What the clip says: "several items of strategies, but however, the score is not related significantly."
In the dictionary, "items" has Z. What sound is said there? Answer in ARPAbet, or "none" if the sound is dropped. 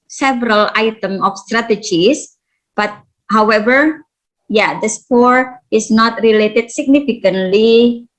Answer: none